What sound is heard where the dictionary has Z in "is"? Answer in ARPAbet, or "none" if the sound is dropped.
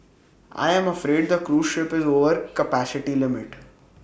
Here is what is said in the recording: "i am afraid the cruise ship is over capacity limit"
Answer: Z